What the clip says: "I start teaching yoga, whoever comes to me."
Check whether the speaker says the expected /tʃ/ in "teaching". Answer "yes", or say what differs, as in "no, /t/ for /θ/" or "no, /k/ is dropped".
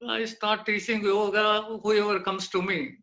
no, /s/ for /tʃ/